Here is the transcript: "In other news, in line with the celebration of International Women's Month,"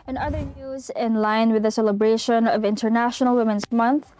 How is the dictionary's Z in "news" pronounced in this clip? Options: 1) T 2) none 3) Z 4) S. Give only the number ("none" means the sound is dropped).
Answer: 3